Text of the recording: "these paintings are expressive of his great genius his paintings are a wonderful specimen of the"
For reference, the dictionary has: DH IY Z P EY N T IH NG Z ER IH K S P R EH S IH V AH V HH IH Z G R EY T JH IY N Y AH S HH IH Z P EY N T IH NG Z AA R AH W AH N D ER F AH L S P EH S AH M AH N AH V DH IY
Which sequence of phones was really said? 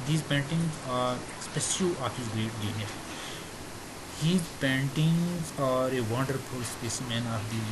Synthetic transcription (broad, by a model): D IY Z P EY N T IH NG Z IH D S P EH SH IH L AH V HH IH Z G R EY T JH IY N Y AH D HH IH Z P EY N T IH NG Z AA R AH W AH N D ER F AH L S P EH S AH M AH N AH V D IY